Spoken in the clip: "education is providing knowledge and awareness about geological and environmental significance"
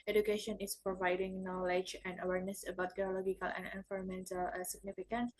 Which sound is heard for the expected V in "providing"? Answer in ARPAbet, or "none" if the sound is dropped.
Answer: V